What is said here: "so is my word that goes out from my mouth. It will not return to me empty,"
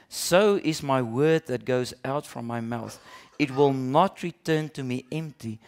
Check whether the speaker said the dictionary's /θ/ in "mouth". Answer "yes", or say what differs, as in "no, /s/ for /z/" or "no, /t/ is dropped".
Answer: yes